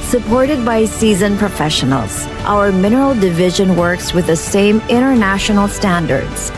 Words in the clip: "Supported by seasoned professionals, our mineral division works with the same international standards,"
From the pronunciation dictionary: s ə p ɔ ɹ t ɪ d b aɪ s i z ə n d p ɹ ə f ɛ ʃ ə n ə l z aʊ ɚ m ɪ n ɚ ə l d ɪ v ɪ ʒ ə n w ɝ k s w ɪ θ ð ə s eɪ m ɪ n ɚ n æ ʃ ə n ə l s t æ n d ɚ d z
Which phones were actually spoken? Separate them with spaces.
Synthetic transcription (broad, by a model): s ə p ɔ ɹ t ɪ d b aɪ s i z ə n p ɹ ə f ɛ ʃ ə n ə l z aʊ ɚ m ɪ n ɚ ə l d ɪ v ɪ ʒ ə n w ɝ k s w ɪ ð ə s eɪ m ɪ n ɚ n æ ʃ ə n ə l s t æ n d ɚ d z